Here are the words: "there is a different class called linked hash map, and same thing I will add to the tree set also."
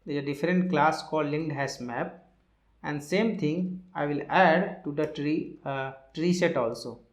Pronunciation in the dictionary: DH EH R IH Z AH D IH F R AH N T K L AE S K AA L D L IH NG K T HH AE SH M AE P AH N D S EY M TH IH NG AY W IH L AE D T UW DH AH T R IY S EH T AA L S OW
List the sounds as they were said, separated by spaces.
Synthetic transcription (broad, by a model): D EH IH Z AH D IH F R AH N T K L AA S K AA L D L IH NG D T HH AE S M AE P AH N D S EY M T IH NG AY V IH L AE D T UW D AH T R IY S EH T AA L S OW